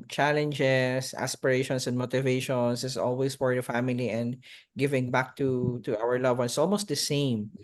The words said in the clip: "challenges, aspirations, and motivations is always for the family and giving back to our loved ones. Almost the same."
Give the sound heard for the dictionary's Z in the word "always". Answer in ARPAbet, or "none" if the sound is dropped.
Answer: S